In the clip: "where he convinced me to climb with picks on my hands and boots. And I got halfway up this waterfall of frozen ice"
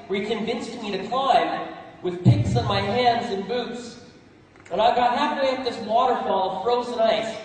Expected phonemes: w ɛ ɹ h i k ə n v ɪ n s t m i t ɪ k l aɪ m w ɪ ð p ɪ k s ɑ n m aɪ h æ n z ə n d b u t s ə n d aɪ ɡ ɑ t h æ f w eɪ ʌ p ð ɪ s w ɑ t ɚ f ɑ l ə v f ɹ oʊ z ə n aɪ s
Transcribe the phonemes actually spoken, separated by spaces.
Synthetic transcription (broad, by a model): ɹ i k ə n v ɪ n s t m i t ɪ k l aɪ m w ɪ ð p ɪ k s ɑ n m aɪ h æ n z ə n b u t s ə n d aɪ ɡ ɑ t h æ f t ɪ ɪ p ð ɪ s w ɑ t ɚ f ɑ l ə v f ɹ oʊ z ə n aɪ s